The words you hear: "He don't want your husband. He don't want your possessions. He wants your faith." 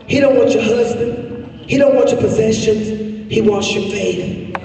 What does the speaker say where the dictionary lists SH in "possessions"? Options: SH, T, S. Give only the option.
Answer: SH